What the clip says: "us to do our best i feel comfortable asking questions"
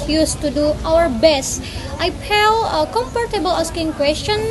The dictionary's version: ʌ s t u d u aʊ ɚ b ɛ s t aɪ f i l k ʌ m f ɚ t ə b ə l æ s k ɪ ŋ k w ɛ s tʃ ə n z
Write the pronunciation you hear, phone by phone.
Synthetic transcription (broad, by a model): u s t u d u aʊ ɚ b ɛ s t aɪ p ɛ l k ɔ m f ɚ t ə b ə l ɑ s k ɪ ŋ k w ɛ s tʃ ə n